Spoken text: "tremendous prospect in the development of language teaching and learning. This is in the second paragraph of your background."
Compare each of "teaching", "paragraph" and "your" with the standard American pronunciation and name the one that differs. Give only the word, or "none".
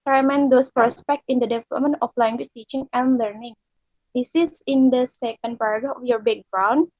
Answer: paragraph